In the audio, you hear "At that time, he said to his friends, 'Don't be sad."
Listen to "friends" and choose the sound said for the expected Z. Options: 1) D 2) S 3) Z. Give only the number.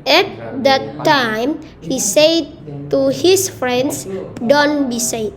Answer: 2